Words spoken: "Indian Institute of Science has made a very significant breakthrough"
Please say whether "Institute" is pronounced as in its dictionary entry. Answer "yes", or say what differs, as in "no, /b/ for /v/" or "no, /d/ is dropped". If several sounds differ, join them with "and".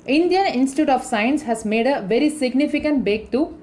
yes